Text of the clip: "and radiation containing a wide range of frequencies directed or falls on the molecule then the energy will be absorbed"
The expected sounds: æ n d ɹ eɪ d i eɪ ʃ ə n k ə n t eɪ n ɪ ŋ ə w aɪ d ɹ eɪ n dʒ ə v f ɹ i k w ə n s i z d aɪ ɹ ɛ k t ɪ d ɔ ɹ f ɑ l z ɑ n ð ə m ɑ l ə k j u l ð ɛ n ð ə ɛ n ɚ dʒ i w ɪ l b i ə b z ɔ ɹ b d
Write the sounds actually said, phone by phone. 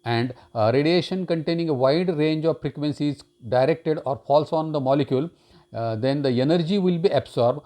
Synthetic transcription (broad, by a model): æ n d ɹ eɪ d i eɪ ʃ ə n k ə n t eɪ n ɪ ŋ ə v aɪ d ɹ eɪ n dʒ ə v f ɹ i k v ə n s i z d aɪ ɹ ɛ k t ɪ d ɔ ɹ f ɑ l s ɑ n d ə m ɑ l ə k j u l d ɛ n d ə ɛ n ɚ dʒ i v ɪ l b i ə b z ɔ ɹ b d